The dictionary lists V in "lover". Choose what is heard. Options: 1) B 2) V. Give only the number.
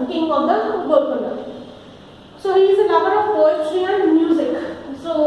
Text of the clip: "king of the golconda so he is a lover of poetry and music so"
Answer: 1